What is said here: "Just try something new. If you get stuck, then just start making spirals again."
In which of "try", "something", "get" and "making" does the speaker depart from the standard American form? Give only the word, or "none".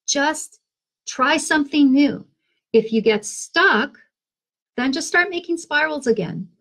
none